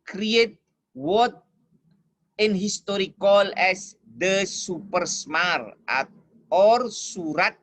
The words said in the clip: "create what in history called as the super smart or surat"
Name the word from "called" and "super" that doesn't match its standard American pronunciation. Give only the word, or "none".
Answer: called